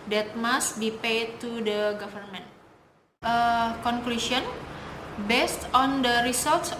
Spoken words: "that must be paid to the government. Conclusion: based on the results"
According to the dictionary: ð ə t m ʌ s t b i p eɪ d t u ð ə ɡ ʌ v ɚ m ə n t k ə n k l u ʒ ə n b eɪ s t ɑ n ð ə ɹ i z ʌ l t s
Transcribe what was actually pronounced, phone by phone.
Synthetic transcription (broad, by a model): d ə t m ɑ s t b i p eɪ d t u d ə ɡ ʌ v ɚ m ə n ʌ k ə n k l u ʃ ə n b eɪ s t ɑ n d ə ɹ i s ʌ l t s